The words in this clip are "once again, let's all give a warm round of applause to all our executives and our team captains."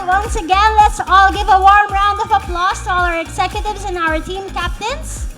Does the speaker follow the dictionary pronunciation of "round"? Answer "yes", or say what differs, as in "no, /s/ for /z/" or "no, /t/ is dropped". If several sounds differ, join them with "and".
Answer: yes